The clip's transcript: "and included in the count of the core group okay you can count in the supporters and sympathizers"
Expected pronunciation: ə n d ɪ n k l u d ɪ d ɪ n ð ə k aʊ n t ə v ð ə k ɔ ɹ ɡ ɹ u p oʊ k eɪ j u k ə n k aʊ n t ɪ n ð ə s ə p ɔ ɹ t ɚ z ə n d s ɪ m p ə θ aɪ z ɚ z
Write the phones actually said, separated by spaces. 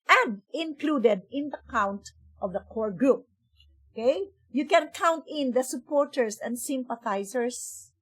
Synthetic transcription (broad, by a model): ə n d ɪ n k l u d ɪ d ɪ n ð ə k aʊ n t ə v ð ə k ɔ ɹ ɡ ɹ u p oʊ k eɪ j u k ə n k aʊ n t ɪ n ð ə s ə p ɔ ɹ t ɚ s ə n d s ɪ m p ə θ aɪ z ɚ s